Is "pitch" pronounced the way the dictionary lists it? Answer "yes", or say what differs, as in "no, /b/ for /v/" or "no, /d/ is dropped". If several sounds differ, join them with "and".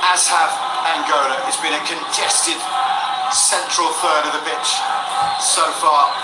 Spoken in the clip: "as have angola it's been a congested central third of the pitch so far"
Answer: no, /b/ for /p/